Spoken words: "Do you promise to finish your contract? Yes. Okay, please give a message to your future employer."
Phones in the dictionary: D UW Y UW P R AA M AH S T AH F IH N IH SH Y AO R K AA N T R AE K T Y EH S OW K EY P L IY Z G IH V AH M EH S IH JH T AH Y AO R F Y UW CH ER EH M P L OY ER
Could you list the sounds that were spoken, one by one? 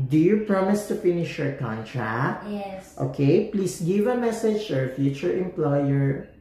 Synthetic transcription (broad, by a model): D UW Y UW P R AA M AH S T AH F IH N IH SH Y AO R K AA N T R AE K T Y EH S OW K EY P L IY S G IH V AH M EH S IH JH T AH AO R F Y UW CH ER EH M P L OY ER